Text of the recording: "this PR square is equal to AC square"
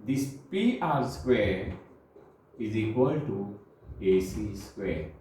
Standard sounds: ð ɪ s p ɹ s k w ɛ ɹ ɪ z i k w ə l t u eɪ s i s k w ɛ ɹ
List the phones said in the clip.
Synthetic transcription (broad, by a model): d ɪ s p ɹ s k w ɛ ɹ ɪ z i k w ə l t u eɪ s i s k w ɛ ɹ